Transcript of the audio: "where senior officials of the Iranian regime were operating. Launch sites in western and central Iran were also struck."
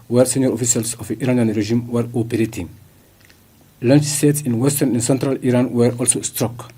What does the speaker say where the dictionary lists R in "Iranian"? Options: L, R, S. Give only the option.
R